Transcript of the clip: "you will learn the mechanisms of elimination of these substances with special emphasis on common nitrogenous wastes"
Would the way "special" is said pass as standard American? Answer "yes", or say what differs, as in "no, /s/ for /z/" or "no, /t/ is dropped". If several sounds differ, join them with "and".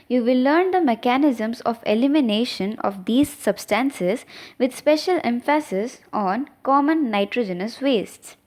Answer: yes